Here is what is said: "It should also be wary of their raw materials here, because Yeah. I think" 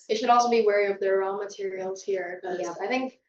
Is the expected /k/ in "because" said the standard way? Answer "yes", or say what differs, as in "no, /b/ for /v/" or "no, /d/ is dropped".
no, /k/ is dropped